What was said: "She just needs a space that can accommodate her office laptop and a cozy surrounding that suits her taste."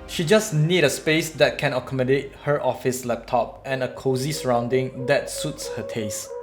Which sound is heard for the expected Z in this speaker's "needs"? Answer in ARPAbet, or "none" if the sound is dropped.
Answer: none